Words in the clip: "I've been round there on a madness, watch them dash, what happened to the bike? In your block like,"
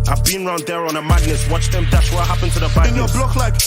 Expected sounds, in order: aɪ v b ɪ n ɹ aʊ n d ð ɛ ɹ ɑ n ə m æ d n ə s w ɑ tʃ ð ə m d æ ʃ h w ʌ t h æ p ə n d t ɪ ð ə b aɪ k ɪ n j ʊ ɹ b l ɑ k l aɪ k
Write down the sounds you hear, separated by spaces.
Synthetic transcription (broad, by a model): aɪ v b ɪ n ɹ aʊ n d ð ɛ ɹ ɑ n ə m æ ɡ n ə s w ɑ tʃ ð ə m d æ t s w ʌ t h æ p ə n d t ɪ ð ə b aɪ ɪ n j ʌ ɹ b l ɑ k l aɪ k